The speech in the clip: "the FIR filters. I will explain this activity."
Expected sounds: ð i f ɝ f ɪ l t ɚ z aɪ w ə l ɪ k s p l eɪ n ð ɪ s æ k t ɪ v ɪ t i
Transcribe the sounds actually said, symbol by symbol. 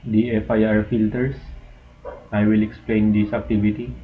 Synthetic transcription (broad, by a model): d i f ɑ f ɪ l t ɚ s aɪ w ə l ɪ k s p l eɪ n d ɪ s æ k t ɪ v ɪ t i